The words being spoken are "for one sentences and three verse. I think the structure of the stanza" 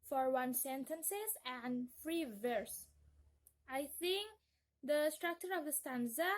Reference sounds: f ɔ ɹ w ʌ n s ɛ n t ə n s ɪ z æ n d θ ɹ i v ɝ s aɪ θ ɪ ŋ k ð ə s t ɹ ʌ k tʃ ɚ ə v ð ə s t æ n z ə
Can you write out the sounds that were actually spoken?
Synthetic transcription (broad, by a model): f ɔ ɹ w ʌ n s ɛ n t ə n s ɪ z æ n d f ɹ i v ɝ s aɪ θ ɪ ŋ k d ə s t ɹ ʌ k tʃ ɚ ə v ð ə s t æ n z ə